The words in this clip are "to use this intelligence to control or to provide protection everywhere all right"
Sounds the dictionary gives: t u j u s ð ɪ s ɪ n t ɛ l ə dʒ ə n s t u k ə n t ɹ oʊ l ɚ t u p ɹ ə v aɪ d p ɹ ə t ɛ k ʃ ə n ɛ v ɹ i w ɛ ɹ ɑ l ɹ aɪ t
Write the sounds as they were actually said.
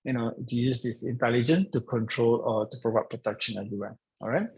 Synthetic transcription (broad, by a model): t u j u s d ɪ s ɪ n t ɛ l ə dʒ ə n t u k ə n t ɹ oʊ l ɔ t u p ɹ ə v aɪ p ɹ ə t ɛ k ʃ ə n ɛ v ɹ i w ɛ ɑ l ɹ aɪ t